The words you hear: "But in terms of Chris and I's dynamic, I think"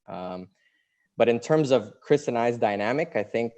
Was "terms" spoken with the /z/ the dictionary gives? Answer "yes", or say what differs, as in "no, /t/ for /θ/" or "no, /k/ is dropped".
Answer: yes